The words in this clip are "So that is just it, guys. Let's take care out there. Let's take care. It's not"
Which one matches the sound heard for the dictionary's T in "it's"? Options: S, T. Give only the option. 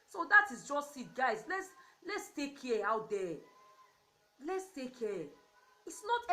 T